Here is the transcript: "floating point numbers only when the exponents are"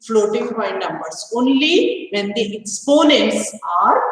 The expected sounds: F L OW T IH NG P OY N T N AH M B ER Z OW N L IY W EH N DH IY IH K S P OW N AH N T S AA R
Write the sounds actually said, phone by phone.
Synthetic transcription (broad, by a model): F L OW T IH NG B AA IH N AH M B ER S OW N L IY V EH N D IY IH K S P OW N AH N T S AA R